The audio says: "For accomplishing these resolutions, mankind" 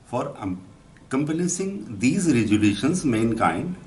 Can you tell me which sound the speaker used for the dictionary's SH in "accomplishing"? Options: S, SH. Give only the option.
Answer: S